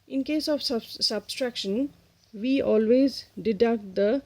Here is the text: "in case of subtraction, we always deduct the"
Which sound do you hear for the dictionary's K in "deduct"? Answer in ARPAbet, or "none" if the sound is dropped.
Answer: none